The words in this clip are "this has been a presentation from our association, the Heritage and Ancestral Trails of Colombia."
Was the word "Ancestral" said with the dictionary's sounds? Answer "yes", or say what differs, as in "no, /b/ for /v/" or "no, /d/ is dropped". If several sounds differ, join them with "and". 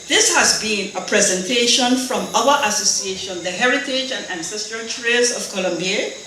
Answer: yes